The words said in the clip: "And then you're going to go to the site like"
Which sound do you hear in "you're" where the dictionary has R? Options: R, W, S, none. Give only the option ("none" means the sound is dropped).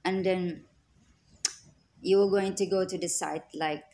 W